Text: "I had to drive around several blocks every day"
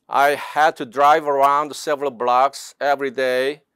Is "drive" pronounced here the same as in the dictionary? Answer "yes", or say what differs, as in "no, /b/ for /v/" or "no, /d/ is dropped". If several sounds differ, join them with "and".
yes